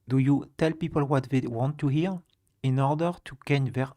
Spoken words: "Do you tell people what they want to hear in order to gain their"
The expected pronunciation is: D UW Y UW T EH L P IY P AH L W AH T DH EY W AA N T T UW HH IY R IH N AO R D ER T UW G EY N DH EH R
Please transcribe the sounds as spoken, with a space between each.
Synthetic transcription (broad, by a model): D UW Y UW T EH L P IY P AH L W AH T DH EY W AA N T T UW HH IY R IH N AO R D ER T UW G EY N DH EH R